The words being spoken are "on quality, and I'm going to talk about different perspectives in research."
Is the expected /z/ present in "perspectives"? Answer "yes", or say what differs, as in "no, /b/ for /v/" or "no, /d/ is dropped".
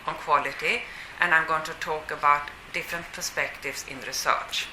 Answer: no, /s/ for /z/